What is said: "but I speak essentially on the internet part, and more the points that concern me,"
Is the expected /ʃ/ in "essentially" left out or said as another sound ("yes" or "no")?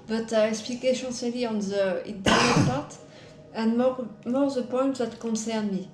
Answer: yes